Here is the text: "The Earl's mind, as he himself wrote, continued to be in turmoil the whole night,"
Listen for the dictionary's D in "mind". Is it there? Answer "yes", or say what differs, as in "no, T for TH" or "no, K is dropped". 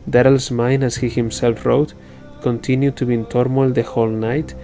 no, D is dropped